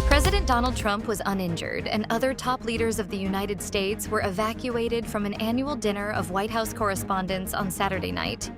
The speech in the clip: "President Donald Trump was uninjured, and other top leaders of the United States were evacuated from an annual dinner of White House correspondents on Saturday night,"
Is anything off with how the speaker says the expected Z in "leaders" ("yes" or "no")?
no